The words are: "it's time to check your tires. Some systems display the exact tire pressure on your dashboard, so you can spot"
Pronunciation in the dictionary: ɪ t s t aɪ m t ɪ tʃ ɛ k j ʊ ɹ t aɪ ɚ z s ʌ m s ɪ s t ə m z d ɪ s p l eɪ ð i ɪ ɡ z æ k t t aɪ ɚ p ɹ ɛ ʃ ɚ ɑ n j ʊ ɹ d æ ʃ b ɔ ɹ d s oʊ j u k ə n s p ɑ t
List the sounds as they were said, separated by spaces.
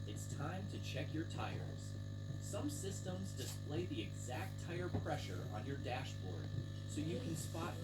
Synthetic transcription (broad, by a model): ɪ t s t aɪ m t ɪ tʃ ɛ k j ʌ ɹ t aɪ ɚ z s ʌ m s ɪ s t ə m z d ɪ s p l eɪ ð i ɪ ɡ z æ k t t aɪ ɚ p ɹ ɛ ʃ ɚ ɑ n j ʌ ɹ d æ ʃ b ɔ ɹ d s oʊ j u k ə n s p ɑ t